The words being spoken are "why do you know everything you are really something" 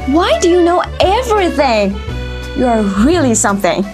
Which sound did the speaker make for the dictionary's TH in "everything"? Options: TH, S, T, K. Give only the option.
TH